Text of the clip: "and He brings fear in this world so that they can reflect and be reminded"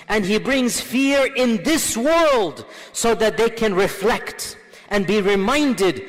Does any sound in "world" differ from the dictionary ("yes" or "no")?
no